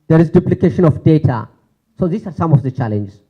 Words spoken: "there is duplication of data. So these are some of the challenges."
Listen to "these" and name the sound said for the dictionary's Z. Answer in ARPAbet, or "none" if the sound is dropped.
S